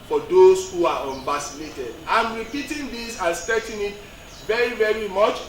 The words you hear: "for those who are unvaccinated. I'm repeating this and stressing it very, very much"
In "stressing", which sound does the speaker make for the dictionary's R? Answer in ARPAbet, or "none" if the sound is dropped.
none